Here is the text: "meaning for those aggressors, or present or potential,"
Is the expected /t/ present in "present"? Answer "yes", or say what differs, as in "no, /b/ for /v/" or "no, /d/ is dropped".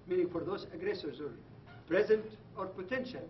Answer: yes